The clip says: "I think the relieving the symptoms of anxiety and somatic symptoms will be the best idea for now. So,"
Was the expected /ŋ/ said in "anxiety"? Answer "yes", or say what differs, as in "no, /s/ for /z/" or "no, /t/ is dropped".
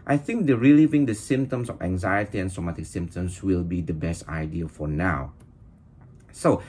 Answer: yes